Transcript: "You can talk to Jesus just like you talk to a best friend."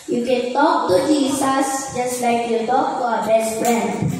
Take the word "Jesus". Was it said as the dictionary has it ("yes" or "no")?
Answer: no